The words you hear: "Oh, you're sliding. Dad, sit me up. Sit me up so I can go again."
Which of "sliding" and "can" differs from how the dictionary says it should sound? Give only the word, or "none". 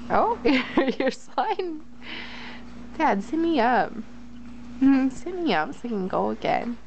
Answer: sliding